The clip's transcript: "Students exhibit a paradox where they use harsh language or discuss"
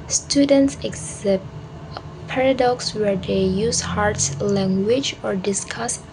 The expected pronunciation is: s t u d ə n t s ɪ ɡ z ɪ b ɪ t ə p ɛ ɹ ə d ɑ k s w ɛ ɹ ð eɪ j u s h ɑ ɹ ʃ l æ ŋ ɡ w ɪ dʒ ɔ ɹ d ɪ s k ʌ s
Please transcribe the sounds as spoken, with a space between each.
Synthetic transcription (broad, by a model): s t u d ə n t s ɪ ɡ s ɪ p p ɛ ɹ ə d ɑ k s w ɛ ɹ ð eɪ j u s h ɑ ɹ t l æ ŋ ɡ w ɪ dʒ ɔ ɹ d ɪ s k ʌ s